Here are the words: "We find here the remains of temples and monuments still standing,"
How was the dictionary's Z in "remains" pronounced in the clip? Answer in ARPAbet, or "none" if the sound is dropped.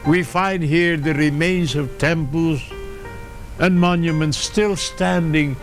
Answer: Z